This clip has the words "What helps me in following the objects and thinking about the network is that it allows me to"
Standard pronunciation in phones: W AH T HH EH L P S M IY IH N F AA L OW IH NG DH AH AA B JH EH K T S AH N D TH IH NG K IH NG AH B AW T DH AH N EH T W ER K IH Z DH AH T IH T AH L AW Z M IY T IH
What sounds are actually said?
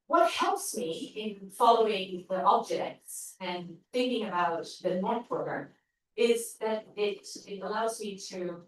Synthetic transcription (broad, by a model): W AH T HH EH L P S M IY IH N F AA L OW IH NG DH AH AA B JH EH K T S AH N TH IH NG K IH NG AH B AW T DH AH N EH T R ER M IH Z DH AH T IH T AH L AW Z M IY T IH